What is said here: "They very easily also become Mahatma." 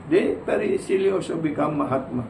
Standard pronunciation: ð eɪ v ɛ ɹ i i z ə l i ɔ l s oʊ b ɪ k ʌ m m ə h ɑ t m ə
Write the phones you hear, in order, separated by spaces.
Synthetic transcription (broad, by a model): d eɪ p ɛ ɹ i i s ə l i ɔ s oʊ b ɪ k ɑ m m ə h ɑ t m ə